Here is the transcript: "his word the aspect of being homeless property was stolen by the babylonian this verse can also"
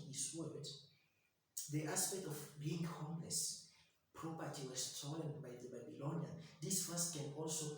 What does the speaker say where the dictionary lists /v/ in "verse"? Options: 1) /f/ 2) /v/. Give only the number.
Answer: 1